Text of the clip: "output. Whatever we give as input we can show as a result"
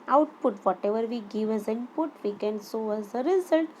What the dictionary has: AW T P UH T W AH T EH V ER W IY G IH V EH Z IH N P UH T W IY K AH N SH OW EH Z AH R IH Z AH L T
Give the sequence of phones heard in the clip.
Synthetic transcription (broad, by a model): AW T P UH T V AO T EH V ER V IY G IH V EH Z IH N P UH T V IY K AH N S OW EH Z AH R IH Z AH L T